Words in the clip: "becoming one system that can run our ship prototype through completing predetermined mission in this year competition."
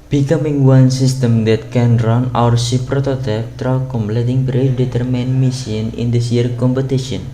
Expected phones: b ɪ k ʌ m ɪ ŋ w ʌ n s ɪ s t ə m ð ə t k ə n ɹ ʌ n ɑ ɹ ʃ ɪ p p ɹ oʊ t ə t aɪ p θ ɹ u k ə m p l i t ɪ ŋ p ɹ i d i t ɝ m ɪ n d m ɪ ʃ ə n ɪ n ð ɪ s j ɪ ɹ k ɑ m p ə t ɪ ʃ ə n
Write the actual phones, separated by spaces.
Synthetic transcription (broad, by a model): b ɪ k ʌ m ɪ ŋ w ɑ n s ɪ s t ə m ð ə t k ə n ɹ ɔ n ɑ ɹ s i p p ɹ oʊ t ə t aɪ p t ɹ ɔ k ə m p l i t ɪ ŋ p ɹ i d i t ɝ m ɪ n m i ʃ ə n ɪ n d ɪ s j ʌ ɹ k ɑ m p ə t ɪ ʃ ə n